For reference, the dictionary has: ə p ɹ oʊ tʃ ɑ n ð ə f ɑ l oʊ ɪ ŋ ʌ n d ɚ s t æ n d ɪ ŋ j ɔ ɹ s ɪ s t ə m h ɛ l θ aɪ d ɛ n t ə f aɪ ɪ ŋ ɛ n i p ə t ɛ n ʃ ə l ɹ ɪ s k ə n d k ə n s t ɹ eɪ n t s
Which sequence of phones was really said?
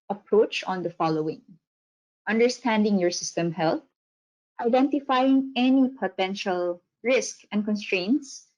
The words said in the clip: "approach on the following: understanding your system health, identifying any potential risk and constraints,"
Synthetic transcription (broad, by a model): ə p ɹ oʊ tʃ ɑ n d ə f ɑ l oʊ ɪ ŋ ʌ n d ɚ s t æ n d ɪ ŋ j ɔ ɹ s ɪ s t ə m h ɛ l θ aɪ d ɛ n t ə f aɪ ɪ ŋ ɛ n i p ə t ɛ n ʃ ə l ɹ ɪ s k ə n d k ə n s t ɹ eɪ n t s